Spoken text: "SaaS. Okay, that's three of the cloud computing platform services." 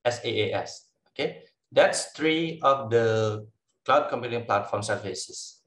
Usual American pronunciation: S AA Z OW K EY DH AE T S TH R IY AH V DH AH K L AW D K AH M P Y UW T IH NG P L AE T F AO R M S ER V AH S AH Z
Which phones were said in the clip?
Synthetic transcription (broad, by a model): S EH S OW K EY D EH T S T R IY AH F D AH K L AW D K AH M P Y UW T IH NG P L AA T F AO M S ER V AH S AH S